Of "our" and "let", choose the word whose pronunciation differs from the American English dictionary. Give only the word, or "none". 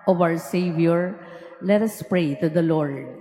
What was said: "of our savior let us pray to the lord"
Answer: our